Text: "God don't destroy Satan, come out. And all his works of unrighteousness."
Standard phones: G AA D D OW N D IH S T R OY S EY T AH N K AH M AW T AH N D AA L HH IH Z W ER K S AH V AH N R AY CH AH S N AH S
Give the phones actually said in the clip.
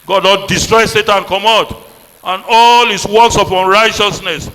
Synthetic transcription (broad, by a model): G AA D D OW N D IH S T R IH S EY T AH N K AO M AW T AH N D AA L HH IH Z W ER K S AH P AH N R AY CH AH S N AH S